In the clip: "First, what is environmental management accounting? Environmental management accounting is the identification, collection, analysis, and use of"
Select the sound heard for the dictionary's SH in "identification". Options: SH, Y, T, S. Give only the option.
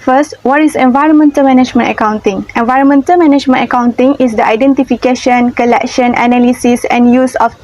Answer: SH